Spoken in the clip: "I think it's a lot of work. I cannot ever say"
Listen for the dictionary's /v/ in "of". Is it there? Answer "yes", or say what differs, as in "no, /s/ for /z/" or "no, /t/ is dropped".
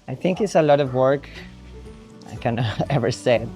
yes